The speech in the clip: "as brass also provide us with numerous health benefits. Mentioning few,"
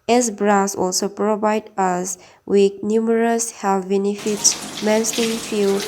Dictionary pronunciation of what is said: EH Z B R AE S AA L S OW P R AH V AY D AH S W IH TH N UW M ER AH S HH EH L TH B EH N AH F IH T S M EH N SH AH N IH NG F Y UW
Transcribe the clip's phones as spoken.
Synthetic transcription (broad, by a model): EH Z B R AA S AA L S OW P R AH V AY D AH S W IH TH N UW M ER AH S HH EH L F B EH N AH F IH T S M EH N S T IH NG F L